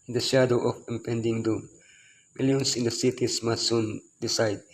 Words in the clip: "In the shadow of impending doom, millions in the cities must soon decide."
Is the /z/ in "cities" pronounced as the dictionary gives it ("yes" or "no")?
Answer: no